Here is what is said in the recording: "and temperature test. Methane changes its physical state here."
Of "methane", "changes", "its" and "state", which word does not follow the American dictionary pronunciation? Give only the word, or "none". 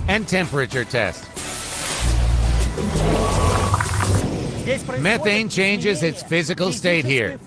none